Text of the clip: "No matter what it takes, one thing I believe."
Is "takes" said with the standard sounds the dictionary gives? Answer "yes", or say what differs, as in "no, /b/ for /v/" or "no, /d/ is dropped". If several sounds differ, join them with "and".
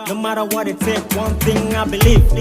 no, /s/ is dropped